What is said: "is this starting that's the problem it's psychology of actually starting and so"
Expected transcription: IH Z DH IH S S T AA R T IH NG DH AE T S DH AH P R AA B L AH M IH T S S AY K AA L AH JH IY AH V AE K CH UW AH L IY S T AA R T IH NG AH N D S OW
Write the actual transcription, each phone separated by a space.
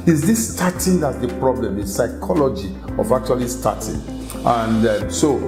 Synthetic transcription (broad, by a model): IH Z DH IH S S T AA T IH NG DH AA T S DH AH P R AA B L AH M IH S S AY K AA L AH JH IY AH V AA K CH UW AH L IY S T AA T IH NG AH N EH S OW